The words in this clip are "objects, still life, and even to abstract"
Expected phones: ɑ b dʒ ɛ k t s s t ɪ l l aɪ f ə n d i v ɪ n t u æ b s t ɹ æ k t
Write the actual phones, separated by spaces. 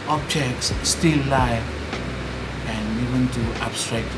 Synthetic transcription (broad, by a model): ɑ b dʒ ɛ k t s s t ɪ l l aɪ ə n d i v ɪ n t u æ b s t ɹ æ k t